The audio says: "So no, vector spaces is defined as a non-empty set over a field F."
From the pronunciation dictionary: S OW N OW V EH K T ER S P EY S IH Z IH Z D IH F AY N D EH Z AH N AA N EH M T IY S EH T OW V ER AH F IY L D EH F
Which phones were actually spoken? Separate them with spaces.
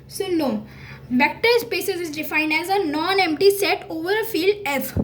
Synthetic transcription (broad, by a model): S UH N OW B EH K T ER S P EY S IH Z IH Z D IH F AY N D EH Z AH N AA N EH M T IY S EH T OW V ER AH F IY L D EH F